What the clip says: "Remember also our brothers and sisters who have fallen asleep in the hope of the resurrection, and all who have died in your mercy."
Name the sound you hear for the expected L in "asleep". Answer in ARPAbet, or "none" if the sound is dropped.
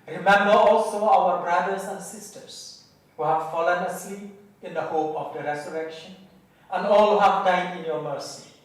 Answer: none